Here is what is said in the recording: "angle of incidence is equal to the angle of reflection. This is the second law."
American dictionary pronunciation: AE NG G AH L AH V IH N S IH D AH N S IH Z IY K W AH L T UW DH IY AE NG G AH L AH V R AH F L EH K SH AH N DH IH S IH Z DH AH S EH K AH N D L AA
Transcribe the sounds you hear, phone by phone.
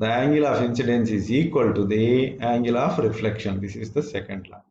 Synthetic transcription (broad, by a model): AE NG G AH L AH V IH N S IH D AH N S IH Z IY K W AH L T UW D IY AE NG G AH L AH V R AH F L EH K SH AH N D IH S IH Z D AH S EH K AH N D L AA